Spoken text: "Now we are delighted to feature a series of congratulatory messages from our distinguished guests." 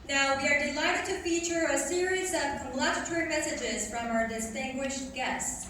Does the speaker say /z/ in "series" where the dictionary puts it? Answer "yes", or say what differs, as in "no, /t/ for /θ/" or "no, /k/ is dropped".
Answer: yes